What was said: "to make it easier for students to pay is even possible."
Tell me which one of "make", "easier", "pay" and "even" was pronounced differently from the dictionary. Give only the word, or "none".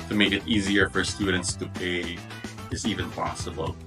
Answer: none